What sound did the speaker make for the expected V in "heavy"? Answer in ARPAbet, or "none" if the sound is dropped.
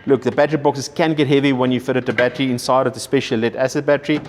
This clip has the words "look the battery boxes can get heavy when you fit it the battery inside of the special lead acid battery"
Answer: V